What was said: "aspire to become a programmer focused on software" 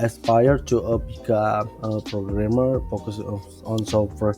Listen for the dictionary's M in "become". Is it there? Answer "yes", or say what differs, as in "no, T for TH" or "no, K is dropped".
no, M is dropped